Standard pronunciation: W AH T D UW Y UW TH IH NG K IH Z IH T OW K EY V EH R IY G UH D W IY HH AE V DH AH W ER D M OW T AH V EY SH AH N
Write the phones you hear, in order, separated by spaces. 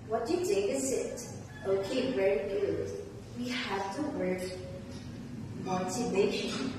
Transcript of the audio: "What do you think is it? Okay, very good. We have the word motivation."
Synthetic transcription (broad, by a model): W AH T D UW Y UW T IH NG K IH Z IH T OW K EY V EH R IY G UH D W IY HH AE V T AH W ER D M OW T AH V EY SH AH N